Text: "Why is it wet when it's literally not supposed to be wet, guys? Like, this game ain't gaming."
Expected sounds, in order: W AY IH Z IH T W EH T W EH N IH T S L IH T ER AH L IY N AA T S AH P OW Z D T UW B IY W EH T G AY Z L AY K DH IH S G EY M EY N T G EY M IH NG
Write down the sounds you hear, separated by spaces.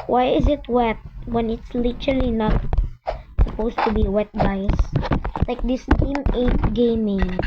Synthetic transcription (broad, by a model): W AY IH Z IH T W EH T W EH N IH T S L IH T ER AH L IY N AA T S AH P OW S T UW B IY W EH T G AY S L AY K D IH S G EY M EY T G EY M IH NG